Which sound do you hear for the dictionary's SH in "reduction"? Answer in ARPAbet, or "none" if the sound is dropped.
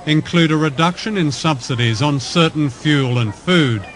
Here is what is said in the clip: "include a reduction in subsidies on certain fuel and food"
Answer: SH